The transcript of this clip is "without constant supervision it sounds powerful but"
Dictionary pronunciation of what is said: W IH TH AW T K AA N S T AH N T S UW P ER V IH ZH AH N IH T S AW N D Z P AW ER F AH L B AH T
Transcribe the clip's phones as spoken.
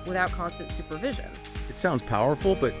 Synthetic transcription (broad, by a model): W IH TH AW T K AA N S T AH N T S UW P ER V IH ZH AH N IH T S AW N D Z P AW ER F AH L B AH T